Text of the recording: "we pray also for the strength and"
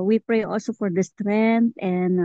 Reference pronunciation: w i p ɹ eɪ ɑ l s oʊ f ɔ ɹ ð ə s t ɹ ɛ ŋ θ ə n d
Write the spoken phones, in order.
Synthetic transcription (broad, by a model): w i p ɹ eɪ ɑ l s oʊ f ɔ ɹ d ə s t ɹ ɛ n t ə n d